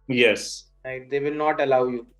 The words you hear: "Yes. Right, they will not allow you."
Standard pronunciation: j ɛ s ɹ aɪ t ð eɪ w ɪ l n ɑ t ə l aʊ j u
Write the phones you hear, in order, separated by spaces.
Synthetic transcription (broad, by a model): j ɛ s l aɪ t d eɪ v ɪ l n ɑ t ə l aʊ j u